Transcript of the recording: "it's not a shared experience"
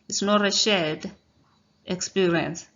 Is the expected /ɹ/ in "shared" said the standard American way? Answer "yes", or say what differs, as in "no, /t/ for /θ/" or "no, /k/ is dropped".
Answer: no, /l/ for /ɹ/